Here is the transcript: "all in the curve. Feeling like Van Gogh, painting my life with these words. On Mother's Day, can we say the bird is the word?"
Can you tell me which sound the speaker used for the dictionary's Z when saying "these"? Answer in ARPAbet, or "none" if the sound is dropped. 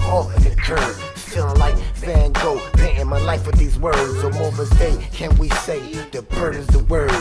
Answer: Z